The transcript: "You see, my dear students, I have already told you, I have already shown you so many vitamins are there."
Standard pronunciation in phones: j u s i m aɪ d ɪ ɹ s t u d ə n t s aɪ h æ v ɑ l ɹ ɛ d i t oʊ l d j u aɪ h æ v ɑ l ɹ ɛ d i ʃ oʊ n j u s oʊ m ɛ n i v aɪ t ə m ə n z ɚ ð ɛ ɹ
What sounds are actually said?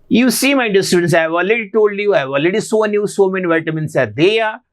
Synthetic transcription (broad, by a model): j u s i m aɪ d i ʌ s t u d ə n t s aɪ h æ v ɑ l ɹ ɛ d i t oʊ l d j u aɪ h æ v ɑ l ɹ ɛ d i s oʊ n j u s oʊ m ɛ n i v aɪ t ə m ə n s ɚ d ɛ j